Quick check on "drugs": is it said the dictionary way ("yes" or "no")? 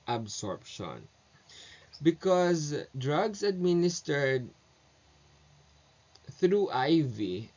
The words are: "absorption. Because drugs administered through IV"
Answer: no